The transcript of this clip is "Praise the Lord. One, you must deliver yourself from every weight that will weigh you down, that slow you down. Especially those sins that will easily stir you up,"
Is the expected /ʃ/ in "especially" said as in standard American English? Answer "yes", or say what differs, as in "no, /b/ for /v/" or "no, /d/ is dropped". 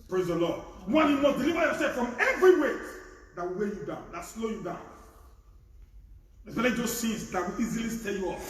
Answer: no, /ʃ/ is dropped